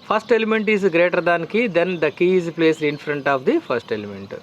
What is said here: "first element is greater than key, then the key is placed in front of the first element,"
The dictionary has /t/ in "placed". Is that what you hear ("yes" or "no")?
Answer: no